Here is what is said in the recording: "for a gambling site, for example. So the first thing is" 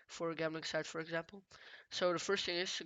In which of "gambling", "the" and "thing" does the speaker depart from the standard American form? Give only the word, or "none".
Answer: gambling